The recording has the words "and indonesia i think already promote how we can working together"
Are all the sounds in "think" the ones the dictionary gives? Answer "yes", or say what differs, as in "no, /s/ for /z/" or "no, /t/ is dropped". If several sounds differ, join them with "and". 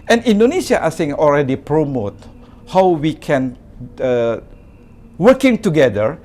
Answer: no, /k/ is dropped